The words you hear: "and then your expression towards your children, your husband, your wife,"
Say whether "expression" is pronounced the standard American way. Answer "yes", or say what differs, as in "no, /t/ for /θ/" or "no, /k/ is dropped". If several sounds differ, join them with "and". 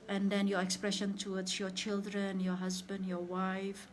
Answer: yes